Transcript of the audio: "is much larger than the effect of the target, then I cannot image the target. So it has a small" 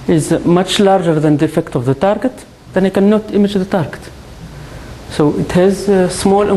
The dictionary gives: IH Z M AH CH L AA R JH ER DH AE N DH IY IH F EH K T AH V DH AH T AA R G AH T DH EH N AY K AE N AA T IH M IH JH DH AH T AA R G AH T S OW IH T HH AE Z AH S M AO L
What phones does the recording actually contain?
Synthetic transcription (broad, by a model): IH Z M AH CH L AA R JH ER DH AE N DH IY IH F EH K T AH V DH AH T AA R G AH T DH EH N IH K AE N AA T IH M IH JH DH AH T AA R G AH T S OW IH T HH AE Z S M AO L